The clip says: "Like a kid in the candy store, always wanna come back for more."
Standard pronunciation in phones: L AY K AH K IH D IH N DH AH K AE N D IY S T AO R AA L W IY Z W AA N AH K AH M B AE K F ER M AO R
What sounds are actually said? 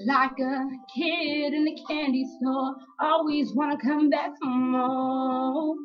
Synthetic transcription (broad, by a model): L AY K AH K IH D IH N DH AH K AE N D IY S T AO AA L W IY Z W AA N AH K AH M B AE K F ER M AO